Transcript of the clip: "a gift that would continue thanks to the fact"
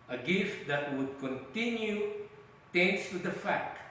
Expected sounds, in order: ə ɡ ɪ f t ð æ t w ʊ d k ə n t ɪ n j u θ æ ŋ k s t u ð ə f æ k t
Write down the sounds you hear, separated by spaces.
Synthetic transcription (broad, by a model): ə ɡ ɪ f t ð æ t w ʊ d k ə n t ɪ n j u t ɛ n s t u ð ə f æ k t